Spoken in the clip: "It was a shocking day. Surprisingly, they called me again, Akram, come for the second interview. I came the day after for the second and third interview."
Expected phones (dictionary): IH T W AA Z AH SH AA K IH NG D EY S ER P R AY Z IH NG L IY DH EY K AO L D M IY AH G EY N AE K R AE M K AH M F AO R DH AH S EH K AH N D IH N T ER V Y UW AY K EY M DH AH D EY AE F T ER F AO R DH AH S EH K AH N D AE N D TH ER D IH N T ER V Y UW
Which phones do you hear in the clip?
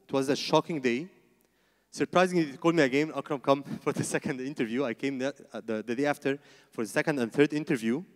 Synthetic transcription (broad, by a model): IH T W AA Z AH SH AA K IH NG D EY S ER P R AY Z IH NG L IY K AO L D M IY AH G EY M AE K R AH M K AH M F AO R DH AH S EH K AH N D IH N T ER V Y UW AY K EY M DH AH D EY AE F T ER F AO R DH AH S EH K AH N D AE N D TH ER D IH N T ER V Y UW